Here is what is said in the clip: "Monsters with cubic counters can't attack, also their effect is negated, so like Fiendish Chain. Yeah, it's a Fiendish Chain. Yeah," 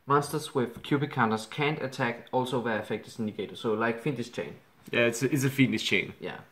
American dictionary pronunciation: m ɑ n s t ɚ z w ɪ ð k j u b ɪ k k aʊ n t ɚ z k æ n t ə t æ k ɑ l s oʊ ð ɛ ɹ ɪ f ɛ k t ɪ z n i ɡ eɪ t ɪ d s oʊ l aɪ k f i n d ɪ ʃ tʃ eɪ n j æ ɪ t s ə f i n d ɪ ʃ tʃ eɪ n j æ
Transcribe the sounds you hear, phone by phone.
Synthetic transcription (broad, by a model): m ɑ n s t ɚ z w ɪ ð k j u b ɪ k k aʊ n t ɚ s k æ n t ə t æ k ɑ l s oʊ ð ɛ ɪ f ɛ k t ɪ s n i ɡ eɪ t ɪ s oʊ l aɪ k f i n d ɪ s tʃ eɪ n j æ ɪ t s ə f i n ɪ s tʃ eɪ n j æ